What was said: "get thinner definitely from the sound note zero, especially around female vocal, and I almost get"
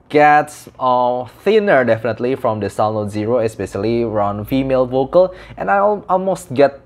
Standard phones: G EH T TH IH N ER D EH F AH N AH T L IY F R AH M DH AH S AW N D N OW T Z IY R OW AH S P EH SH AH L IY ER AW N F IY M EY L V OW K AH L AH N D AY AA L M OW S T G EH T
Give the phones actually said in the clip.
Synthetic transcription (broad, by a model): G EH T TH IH N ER D EH F AH N AH T L IY F R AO M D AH S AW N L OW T Z IY R OW AH S P EH SH AH L IY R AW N F IY M EY L V OW K AH L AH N AY AA L M OW S T G EH T